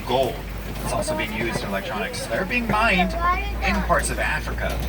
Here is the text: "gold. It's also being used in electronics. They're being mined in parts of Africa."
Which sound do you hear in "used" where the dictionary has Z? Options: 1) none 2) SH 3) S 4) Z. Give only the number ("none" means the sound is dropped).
4